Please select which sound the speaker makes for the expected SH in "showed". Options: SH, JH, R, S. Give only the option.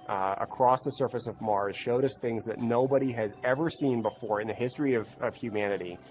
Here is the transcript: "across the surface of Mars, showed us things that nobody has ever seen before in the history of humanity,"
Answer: SH